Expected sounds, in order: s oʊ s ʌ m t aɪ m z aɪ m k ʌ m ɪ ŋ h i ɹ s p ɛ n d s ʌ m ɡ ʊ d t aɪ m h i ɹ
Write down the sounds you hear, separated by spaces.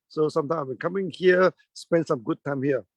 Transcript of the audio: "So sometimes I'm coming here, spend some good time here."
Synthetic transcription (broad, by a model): s oʊ s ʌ m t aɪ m aɪ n k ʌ m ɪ ŋ h i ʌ s p ɛ n d s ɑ m ɡ ʊ d t aɪ m h i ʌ